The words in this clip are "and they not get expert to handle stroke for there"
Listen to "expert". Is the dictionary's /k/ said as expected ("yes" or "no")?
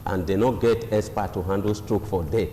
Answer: no